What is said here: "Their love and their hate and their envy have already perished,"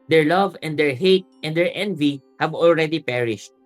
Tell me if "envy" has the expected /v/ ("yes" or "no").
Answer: yes